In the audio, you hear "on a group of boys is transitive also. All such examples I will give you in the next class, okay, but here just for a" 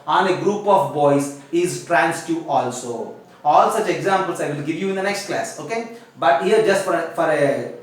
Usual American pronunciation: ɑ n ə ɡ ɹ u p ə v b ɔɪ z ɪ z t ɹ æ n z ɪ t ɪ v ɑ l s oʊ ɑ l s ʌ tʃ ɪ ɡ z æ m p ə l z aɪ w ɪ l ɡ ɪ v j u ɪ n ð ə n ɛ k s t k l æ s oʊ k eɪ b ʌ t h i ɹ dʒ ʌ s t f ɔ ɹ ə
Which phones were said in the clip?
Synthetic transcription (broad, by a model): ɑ n ə ɡ ɹ u p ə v b ɔɪ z ɪ z t ɹ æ n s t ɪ ɑ l s oʊ ɑ l s ʌ tʃ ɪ ɡ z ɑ m p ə l s aɪ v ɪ l ɡ ɪ v j u ɪ n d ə n ɛ k s t k l æ s oʊ k eɪ b ʌ t h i ɹ dʒ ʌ s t f ɔ ɹ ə